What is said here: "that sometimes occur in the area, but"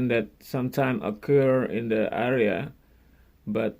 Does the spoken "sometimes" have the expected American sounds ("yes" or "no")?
no